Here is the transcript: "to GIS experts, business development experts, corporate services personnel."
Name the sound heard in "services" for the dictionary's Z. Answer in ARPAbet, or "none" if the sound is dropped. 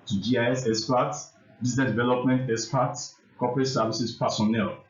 S